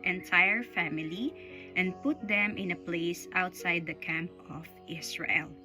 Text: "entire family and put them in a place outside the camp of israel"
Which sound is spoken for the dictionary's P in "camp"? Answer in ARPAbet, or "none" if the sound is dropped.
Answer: P